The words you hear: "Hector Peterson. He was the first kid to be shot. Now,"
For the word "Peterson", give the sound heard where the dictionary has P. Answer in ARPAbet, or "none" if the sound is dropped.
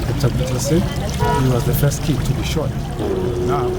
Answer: B